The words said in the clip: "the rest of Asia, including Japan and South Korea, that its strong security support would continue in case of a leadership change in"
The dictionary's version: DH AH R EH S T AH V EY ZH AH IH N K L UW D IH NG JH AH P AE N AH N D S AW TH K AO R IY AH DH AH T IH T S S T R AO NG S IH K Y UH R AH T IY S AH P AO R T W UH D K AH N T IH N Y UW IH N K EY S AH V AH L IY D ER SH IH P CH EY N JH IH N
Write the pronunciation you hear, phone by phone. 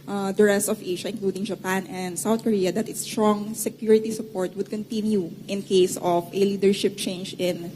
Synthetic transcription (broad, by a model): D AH R EH S T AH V EY SH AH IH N K L UW D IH NG JH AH P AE N AH N D S AW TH K AO R IY AH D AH T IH T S S T R AO NG S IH K Y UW R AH T IY S AH P AO R T W UH D K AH N T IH N Y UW IH N K EY S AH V AH L IY D ER SH IH P CH EY N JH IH N